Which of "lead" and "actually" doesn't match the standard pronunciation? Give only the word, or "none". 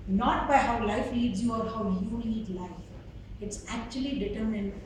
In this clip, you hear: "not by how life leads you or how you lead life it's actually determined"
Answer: lead